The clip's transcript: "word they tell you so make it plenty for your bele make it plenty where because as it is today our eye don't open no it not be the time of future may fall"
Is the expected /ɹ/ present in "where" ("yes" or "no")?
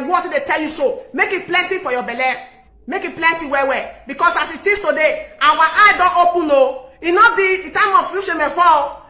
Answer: no